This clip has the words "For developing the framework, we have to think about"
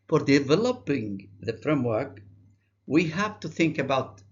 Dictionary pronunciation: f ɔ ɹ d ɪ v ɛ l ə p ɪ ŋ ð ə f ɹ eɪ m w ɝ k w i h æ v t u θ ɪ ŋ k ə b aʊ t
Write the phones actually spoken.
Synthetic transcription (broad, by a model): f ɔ ɹ d ɪ v ɛ l ə p ɪ ŋ ð ə f ɹ eɪ m w ɝ k w i h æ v t u θ ɪ ŋ k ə b aʊ t